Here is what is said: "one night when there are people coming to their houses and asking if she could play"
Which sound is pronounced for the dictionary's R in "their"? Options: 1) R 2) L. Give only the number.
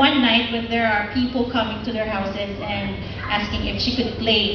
1